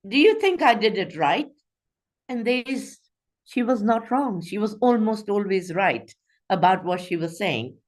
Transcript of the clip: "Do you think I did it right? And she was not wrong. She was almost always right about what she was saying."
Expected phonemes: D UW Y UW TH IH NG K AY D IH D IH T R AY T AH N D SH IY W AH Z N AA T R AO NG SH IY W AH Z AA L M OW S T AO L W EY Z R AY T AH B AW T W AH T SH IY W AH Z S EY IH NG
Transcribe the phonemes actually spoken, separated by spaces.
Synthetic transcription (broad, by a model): D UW Y UW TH IH NG K AY D IH D IH T R AY T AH N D SH IY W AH Z N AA T R AO NG SH IY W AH Z AA L M OW S T AO L W EY Z R AY T AH B AW T W AH T SH IY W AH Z S EY IH NG